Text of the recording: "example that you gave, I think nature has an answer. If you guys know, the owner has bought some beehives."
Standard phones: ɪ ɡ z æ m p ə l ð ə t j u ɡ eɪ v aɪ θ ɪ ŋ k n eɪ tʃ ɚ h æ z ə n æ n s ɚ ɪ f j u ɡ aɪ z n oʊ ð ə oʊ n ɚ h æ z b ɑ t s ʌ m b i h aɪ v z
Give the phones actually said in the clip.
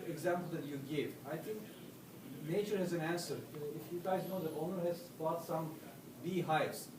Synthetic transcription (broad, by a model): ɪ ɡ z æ m p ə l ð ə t j u ɡ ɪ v aɪ t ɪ ŋ k n eɪ tʃ ɚ h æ z ə n æ n s ɚ ɪ f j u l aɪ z n oʊ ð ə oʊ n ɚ h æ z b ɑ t s ʌ m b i h aɪ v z